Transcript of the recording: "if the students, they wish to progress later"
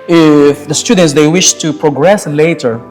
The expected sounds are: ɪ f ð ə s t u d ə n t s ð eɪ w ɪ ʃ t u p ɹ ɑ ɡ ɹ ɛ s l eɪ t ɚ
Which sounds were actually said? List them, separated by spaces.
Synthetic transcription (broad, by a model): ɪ f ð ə s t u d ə n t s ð eɪ w ɪ ʃ t u p ɹ ɑ ɡ ɹ ɛ s l eɪ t ɚ